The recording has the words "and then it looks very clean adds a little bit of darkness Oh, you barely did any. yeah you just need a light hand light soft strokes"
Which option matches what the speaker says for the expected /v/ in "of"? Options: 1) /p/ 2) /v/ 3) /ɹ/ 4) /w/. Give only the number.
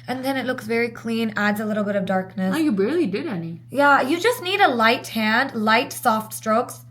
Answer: 2